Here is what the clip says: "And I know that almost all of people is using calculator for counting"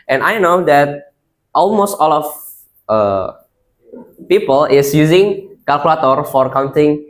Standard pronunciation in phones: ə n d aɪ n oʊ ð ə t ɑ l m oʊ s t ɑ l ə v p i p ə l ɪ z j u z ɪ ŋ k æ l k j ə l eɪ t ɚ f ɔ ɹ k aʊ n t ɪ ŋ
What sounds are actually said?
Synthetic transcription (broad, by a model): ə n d aɪ n oʊ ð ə t ɑ l m oʊ s t ɑ l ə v p i p ə l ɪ s j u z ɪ ŋ k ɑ l k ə l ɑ t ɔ f ɔ ɹ k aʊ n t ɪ ŋ